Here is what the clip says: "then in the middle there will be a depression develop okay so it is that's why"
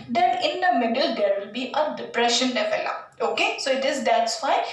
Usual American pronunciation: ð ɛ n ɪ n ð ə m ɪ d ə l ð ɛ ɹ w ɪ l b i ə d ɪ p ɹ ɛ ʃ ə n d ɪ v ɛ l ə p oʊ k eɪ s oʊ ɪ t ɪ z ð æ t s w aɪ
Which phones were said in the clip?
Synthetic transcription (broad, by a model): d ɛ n ɪ n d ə m ɪ d ə l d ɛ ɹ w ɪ l b i ə d ɪ p ɹ ɛ ʃ ə n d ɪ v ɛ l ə oʊ k eɪ s oʊ ɪ t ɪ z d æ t s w aɪ